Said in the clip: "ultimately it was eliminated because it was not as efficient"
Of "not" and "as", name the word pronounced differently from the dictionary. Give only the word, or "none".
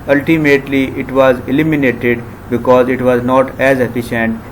none